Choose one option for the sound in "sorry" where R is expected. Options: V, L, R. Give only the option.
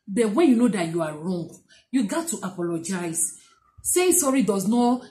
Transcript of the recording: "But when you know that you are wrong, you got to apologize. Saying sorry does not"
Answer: R